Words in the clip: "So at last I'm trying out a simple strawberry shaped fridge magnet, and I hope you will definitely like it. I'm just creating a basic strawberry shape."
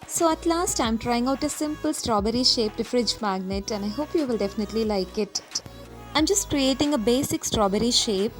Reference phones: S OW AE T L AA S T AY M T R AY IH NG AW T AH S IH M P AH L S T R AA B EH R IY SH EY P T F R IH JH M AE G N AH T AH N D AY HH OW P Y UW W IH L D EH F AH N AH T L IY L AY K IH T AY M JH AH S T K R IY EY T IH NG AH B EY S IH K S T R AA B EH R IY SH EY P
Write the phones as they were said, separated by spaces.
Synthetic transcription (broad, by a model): S OW AE T L AA S T AY M T R AY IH NG AW T AH S IH M P AH L S T R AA B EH R IY SH EY P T F R IH JH M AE G N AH T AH N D AY HH OW P Y UW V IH L D EH F AH N AH T L IY L AY K IH T AY M JH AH S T K R IY EY T IH NG AH B EY S IH K S T R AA B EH R IY SH EY P